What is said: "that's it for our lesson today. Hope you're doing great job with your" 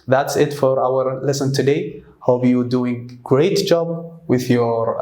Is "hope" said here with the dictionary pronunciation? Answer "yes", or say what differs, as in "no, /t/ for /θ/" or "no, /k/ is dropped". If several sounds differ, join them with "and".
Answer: no, /b/ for /p/